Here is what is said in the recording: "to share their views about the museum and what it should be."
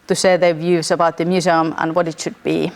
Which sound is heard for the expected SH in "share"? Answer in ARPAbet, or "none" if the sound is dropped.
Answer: S